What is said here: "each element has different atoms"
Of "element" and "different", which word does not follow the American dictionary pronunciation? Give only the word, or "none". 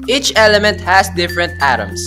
none